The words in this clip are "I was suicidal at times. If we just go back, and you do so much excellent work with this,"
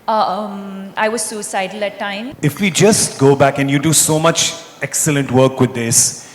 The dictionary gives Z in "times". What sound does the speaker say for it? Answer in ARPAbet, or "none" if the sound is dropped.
none